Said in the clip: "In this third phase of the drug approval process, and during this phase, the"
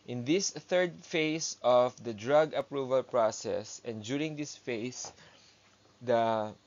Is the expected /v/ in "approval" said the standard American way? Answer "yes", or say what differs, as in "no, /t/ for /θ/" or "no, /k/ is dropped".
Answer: yes